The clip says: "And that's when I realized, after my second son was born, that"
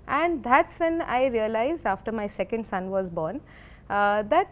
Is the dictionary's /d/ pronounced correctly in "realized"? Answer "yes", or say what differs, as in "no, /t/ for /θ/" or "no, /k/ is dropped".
no, /d/ is dropped